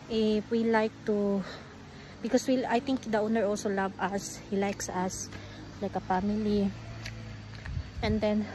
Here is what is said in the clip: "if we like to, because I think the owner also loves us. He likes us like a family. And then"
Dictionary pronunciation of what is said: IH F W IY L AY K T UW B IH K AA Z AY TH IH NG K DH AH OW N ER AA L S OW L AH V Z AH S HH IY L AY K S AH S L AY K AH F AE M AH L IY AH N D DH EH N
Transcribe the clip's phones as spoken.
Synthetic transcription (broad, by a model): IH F W IY L AY K T UW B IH K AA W AY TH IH NG K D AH OW N ER AA L S OW L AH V AH S HH IY L AY K S AH S L AY K AH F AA M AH L IY AH N D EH N